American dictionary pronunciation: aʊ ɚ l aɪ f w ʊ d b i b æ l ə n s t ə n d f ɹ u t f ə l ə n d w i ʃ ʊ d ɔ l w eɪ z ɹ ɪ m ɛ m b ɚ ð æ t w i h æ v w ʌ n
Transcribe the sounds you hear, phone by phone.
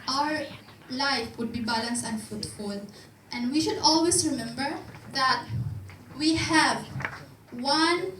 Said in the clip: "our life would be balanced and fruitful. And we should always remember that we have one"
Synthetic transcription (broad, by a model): aʊ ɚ l aɪ f w ʊ d b i b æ l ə n s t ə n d f u t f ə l ə n d w i ʃ ʊ d ɔ l w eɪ s ɹ ɪ m ɛ m b ɚ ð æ t w i h æ v w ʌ n